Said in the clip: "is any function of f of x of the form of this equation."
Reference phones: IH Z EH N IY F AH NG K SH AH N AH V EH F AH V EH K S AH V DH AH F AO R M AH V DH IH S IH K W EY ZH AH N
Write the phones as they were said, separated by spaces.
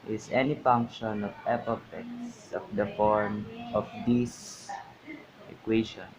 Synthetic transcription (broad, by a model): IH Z EH N IY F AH NG K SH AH N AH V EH P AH F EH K S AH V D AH F AO R M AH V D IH S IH K W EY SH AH N